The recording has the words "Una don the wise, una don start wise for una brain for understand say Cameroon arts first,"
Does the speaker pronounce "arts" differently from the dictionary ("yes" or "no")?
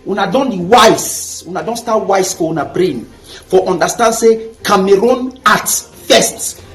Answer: yes